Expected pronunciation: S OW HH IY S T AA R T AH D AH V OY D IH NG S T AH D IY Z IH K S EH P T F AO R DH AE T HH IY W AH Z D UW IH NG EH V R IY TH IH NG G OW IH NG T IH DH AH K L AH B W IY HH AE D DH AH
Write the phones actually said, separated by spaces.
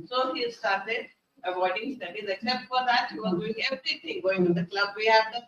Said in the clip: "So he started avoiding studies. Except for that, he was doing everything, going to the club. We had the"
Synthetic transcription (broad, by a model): S OW HH IY S T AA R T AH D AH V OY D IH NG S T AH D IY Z IH K S EH P T F AO R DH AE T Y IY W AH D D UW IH NG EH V R IY T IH NG G OW IH NG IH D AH K L AH B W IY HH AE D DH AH